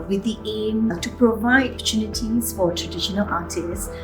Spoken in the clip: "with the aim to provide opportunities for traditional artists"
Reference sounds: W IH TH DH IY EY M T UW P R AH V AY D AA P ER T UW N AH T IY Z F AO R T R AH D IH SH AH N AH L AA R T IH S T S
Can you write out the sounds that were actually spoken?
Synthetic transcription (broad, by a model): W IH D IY EY M T UW P R AH V AY D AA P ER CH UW N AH T IY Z F AO R T R AH D IH SH AH N AH L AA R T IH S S